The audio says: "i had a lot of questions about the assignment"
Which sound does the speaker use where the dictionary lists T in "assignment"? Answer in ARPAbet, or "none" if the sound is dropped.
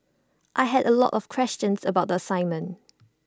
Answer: none